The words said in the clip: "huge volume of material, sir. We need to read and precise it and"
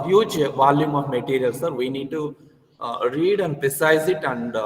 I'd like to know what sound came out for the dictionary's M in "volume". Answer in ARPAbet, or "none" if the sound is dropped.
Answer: M